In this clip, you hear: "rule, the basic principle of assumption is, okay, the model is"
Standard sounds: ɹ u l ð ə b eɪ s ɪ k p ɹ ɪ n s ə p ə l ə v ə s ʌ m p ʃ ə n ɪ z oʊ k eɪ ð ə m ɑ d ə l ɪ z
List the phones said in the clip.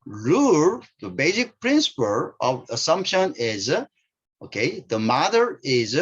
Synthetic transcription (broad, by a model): ɹ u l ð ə b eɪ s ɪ k p ɹ ɪ n s ə p ə l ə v ə s ʌ m p ʃ ə n ɪ z oʊ k eɪ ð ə m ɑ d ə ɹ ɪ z